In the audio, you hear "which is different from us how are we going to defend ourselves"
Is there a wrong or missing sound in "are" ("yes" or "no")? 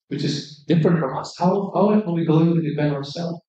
yes